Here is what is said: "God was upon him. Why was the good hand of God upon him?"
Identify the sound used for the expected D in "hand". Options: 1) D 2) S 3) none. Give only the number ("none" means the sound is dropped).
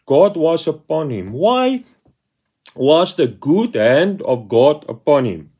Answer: 1